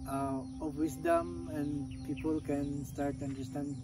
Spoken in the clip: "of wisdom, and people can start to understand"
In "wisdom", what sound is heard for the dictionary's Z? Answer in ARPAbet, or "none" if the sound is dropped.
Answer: S